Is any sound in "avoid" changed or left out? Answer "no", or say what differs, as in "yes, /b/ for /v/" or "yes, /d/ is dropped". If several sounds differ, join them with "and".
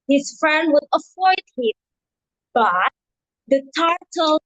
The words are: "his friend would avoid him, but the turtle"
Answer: yes, /f/ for /v/